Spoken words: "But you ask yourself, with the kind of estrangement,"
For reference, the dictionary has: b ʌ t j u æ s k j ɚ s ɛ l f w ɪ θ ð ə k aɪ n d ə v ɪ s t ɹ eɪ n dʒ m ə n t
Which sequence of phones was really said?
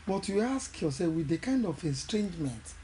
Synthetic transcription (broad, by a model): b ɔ t j u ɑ s k j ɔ s ɛ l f w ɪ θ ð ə k aɪ n d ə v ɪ s t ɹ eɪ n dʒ m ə n t